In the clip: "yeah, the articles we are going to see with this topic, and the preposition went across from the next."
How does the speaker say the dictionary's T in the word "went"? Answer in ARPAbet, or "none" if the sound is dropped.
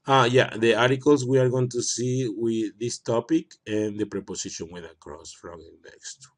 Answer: none